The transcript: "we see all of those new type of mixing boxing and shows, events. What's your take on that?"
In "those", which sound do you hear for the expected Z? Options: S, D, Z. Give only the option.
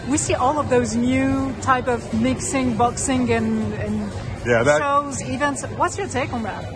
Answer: Z